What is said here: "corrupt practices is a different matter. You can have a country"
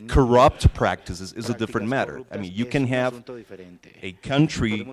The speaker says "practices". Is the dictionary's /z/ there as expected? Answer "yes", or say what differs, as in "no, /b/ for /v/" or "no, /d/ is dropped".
yes